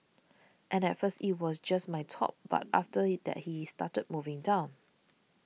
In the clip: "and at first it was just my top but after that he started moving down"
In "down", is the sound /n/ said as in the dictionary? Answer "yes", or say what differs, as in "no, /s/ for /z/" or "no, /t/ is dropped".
yes